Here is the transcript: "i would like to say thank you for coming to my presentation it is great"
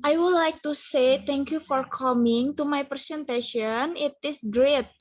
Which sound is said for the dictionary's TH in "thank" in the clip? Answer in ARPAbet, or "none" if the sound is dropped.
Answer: T